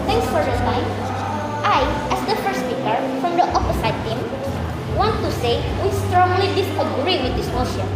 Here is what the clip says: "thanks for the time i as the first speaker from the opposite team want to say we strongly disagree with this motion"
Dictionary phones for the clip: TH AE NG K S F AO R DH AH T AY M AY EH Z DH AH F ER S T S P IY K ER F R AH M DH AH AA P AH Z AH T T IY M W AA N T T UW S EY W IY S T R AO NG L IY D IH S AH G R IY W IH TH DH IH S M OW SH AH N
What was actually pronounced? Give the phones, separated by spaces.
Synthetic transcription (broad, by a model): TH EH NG K S F AO R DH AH S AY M AY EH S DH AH F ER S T S P IY K ER F R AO M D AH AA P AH S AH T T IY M W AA N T T UW S EY W IY S T R AO NG L IY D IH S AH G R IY W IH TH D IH S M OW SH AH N